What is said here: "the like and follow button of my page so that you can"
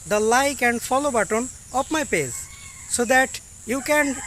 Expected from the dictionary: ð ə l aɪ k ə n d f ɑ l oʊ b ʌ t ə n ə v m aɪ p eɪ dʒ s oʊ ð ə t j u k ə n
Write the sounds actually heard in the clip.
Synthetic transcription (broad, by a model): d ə l aɪ k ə n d f ɑ l oʊ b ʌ t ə n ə p m aɪ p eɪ z s oʊ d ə t j u k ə n